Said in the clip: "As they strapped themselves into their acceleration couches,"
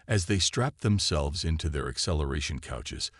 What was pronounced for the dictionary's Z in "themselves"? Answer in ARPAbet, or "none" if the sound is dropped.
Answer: Z